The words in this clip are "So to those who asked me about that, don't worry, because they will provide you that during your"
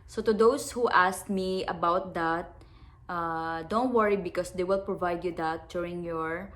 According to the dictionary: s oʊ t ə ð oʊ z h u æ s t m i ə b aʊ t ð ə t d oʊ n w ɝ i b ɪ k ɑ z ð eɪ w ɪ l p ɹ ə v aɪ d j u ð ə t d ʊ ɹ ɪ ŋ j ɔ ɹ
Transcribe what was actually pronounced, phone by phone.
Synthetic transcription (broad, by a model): s oʊ t ə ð oʊ s h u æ s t m i ə b aʊ t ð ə t d oʊ n w ɝ i b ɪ k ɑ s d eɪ w ɪ l p ɹ ə v aɪ d j u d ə t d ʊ ɹ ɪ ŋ j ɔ ɹ